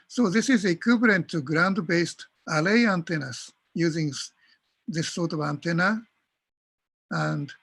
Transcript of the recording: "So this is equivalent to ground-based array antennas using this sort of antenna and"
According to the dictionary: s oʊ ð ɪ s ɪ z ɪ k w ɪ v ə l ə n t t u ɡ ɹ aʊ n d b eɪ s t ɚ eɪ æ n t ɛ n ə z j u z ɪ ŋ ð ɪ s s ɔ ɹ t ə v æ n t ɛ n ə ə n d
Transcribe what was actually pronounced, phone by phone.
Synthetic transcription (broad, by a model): s oʊ ð ɪ s ɪ z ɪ k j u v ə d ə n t t u ɡ ɹ aʊ n d b eɪ s t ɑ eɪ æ n t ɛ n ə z j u z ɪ ŋ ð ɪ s s ɔ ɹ t ə v æ n t ɛ n ə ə n d